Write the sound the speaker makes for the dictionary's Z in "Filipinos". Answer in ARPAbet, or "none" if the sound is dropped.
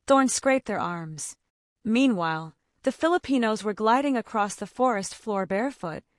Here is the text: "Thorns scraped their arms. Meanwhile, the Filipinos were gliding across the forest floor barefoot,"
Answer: Z